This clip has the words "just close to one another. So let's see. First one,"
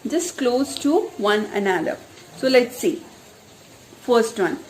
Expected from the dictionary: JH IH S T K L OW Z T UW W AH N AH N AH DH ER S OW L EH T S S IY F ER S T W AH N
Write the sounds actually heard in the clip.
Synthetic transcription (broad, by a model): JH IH S K L OW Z T UW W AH N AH N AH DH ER S OW L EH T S S IY F ER S T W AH N